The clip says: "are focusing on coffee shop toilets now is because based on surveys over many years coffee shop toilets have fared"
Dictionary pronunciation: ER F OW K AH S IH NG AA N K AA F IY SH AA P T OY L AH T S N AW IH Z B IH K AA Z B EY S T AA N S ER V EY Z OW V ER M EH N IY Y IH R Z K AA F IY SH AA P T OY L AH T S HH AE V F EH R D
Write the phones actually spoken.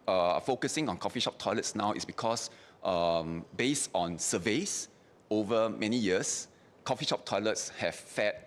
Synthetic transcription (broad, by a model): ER F OW K AH S IH NG AA N K AA F IY SH AA P T OY L AH T S N AW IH S B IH K AA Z B EY S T AA N S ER V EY S OW V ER M EH N IY Y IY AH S K AA F IY SH AA P T OY L AH T S HH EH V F EH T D